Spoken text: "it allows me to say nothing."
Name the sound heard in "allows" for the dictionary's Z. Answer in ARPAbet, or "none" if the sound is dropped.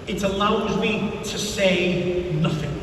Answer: Z